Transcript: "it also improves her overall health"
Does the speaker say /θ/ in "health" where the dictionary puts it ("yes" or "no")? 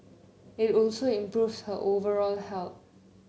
no